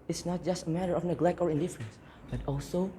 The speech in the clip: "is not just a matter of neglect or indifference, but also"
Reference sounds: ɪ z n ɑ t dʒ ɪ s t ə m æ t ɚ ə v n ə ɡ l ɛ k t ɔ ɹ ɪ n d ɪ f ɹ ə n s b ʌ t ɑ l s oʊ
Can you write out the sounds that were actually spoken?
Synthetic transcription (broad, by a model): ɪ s n ɑ t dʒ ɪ s t ə m æ t ɚ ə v n ə ɡ l ɛ k t ɔ ɹ ɪ n d ɪ f ɹ ə n s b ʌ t ɑ l s oʊ